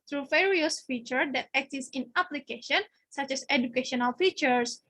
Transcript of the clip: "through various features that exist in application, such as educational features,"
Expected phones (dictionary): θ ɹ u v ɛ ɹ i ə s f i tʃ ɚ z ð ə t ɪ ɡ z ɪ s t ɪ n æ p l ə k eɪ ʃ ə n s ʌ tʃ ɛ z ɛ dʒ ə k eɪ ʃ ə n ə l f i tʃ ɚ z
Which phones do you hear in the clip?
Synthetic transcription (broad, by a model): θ ɹ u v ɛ ɹ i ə s f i tʃ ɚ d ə t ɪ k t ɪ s ɪ n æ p l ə k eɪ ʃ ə n s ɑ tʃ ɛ s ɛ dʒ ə k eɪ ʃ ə n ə l f i tʃ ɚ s